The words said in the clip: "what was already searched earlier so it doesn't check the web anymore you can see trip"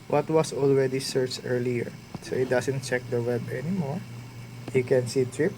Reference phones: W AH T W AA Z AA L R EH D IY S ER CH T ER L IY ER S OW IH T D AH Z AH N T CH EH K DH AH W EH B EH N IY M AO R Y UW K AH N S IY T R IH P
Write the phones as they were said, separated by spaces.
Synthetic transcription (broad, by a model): W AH T W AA S AA L R EH D IY S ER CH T ER L IY ER S OW IH T D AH S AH N T CH EH K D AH W EH B EH N IY M AO R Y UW K AH N S IY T R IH P